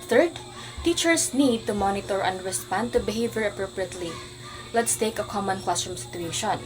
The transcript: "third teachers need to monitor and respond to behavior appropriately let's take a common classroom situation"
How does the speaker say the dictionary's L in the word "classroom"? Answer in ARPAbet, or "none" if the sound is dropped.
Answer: W